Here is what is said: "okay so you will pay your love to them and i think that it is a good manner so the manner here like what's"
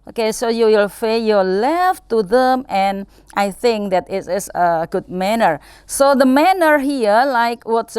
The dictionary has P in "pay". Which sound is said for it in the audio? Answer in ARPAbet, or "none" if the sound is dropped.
F